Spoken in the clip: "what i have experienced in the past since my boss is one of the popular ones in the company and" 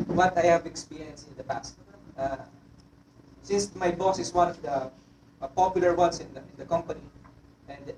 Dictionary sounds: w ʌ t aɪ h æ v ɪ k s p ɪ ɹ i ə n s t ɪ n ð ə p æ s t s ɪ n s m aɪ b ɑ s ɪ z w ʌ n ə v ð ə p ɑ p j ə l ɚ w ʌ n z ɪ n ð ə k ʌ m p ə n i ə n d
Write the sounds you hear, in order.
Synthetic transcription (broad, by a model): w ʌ t aɪ h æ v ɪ k s p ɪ ɹ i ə n s ɪ n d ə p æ s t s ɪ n s m aɪ b ɑ s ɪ s w ʌ n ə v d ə p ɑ p j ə l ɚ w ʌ n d ɪ n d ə k ʌ m p ə n i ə n d